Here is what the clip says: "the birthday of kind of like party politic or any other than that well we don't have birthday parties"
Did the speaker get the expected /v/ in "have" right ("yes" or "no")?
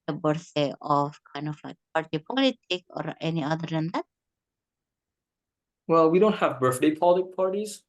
yes